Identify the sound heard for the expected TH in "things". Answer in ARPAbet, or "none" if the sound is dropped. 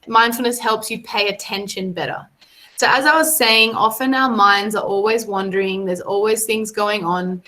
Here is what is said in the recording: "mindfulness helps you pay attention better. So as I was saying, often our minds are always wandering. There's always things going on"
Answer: TH